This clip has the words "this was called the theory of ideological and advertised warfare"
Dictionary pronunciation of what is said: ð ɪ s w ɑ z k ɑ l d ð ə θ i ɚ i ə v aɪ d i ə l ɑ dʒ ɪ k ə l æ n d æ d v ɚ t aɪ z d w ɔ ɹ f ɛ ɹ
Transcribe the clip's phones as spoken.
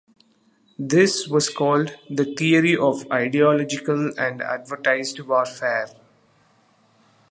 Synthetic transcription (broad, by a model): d ɪ s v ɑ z k ɑ l d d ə t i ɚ i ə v aɪ d i ə l ɑ dʒ ɪ k ə l æ n d æ d v ɚ t aɪ z d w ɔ ɹ f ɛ ɹ